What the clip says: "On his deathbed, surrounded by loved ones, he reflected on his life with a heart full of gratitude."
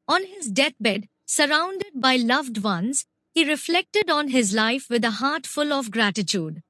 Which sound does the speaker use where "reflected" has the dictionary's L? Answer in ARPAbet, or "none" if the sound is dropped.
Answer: L